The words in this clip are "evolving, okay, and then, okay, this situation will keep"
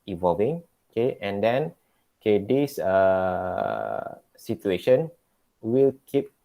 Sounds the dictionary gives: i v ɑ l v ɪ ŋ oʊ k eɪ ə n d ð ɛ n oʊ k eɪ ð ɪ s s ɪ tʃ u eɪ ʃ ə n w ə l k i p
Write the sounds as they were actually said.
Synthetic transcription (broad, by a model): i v ɑ l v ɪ ŋ oʊ k eɪ ə n d ɛ n oʊ k eɪ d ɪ s s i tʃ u eɪ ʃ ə n w ə l k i p